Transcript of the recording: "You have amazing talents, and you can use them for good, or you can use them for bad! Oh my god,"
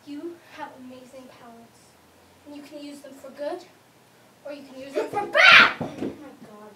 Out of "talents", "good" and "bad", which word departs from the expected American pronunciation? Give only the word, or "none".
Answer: talents